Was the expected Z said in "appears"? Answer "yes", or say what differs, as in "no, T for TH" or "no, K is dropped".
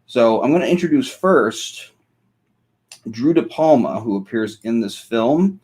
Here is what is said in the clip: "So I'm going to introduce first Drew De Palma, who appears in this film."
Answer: yes